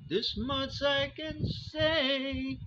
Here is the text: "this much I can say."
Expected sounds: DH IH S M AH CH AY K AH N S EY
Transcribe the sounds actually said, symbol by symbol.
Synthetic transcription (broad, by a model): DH IH S M AH S AY K AH N S EY